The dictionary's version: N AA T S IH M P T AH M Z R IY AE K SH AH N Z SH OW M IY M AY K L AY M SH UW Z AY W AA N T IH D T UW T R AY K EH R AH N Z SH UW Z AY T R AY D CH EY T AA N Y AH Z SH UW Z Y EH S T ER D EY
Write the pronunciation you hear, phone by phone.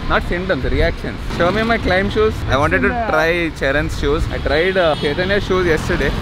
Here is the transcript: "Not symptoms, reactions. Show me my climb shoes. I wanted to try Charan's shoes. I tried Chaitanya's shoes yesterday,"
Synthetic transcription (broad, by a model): N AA T S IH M T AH M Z R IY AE K SH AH N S SH OW M IY M AY K L AY M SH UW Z AY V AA N T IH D T UW T R AY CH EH R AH N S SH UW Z AY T R AY D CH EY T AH N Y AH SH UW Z Y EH S T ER D EY